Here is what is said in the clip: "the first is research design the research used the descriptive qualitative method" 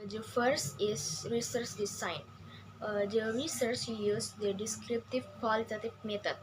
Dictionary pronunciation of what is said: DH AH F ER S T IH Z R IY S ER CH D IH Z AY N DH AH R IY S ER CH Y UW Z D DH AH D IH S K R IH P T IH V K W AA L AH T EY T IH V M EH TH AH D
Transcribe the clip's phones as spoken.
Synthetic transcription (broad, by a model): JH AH F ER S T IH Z R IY S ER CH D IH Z AY N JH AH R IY S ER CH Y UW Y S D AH D IH S K R IH P T IH V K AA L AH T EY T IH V M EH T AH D